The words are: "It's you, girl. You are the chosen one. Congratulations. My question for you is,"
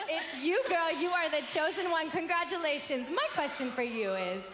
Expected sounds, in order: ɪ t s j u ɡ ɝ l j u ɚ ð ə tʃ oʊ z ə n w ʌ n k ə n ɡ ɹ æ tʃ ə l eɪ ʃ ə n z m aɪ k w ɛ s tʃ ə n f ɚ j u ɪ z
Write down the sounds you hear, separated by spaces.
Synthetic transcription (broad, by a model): ɪ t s j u ɡ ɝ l j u ɚ ð ə tʃ oʊ z ə n w ʌ n k ə n ɡ ɹ æ tʃ ə l eɪ ʃ ə n z m aɪ k w ɛ s tʃ ə n f ɚ j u ɪ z